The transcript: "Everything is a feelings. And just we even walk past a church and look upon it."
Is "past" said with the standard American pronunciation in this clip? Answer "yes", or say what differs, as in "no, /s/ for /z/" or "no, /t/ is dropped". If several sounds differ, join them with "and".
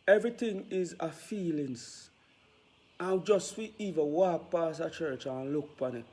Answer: no, /t/ is dropped